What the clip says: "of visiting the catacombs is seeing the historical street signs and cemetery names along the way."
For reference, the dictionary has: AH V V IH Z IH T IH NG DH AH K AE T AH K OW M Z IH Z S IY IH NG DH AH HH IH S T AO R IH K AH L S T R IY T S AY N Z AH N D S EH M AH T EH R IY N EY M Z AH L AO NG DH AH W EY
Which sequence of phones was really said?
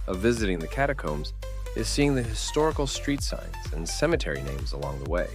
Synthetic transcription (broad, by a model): AH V V IH Z IH T IH NG DH AH K AE T AH K OW M Z IH Z S IY IH NG DH AH HH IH S T AO R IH K L S T R IY T S AY N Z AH N S EH M AH T EH R IY N EY M Z AH L AO NG DH AH W EY